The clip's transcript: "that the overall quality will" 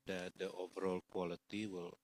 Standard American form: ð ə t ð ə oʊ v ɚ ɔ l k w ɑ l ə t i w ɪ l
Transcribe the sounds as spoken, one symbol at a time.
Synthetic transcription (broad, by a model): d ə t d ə oʊ v ɚ ɔ l k w ɑ l ə t i w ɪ l